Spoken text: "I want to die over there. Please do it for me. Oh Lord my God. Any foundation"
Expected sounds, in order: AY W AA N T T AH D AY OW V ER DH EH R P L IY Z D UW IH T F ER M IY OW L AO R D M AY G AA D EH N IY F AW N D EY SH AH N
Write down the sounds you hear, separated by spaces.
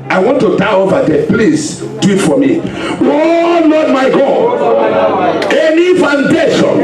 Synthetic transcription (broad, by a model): AY W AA N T T AH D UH OW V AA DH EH P L IY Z D UW IH T F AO M IY OW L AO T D M AY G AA EH N IY F AW N D EY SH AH N